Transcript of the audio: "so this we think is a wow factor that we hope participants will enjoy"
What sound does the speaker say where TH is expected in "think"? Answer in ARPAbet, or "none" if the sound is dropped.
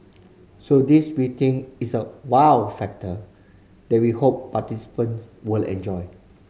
T